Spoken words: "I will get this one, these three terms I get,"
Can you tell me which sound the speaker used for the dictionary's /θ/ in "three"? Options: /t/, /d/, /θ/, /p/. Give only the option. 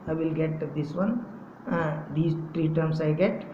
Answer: /t/